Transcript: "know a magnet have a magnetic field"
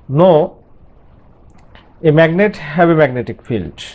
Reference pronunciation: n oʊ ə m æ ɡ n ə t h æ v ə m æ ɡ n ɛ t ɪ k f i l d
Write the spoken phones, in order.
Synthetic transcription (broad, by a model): n oʊ ə m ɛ ɡ n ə t h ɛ b ə m æ ɡ n ɛ t ɪ k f i l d